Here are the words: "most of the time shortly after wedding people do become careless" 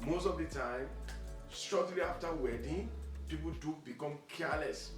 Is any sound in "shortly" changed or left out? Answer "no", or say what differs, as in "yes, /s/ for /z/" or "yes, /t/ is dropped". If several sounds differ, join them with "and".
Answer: yes, /s/ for /ʃ/